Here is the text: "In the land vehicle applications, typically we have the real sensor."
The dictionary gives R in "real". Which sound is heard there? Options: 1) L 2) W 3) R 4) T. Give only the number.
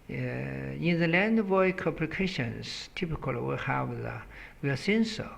2